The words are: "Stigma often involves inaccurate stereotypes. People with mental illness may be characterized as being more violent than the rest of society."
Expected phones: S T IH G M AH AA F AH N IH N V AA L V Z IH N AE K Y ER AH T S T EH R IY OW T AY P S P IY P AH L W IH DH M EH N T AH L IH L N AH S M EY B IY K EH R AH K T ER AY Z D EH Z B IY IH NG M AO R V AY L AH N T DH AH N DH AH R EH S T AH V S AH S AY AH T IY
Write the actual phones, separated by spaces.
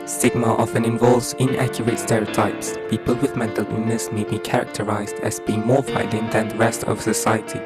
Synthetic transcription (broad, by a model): S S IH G M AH AA F AH N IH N V AA L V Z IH N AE K Y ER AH T S T EH R IY OW T AY P S P IY P AH L W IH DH M EH N T AH L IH N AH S M EY B IY K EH R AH K T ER AY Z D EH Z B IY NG M AO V AY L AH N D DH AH N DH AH R EH S T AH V S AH S AY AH T IY